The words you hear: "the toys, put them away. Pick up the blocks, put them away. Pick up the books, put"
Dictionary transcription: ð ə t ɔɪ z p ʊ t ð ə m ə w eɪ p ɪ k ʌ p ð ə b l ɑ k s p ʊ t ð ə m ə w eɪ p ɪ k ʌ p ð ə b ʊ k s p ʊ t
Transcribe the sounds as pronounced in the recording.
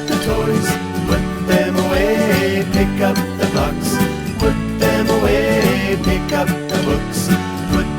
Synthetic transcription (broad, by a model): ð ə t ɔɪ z p ʊ t ð ə m ə w eɪ p ɪ k ʌ p ð ə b ɑ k s p ʊ t ð ə m ə w eɪ p ɪ k ʌ p ð ə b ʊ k s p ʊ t